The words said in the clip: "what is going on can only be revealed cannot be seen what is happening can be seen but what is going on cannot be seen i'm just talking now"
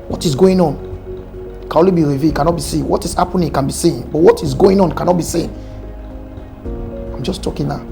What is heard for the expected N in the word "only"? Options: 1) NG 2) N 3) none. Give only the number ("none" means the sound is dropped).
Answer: 3